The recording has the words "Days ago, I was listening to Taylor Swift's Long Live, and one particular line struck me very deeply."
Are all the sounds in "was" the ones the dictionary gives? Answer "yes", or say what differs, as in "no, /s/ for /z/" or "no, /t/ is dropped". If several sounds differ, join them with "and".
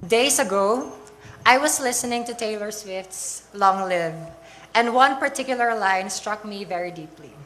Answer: no, /s/ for /z/